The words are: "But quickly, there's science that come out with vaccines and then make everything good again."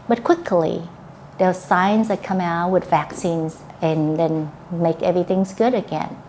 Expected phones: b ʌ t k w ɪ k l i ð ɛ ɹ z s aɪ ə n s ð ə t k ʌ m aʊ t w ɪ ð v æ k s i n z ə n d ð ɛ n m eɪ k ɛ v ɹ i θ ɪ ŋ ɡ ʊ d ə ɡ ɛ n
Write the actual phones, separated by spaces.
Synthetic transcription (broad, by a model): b ʌ t k w ɪ k l i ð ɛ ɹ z s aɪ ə n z ð ə t k ʌ m aʊ t w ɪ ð v æ k s i n z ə n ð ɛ n m eɪ k ɛ v ɹ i θ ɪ ŋ ɡ ʊ d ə ɡ ɛ n